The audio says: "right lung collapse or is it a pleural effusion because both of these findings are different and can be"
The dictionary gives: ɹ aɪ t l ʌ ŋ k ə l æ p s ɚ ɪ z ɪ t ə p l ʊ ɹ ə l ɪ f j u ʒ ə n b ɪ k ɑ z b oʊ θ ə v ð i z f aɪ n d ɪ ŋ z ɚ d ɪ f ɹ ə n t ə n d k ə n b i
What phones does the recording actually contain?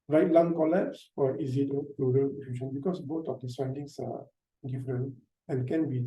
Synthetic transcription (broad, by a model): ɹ aɪ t l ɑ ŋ k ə l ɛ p s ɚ ɪ z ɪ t ə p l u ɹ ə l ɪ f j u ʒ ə n b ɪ k ɑ s b oʊ t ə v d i s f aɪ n d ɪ ŋ s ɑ d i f ɹ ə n ə n k ə n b i